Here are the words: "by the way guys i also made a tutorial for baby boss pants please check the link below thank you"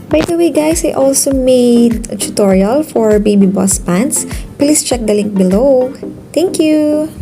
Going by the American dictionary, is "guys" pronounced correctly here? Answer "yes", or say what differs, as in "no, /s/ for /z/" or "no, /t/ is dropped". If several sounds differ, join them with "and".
no, /s/ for /z/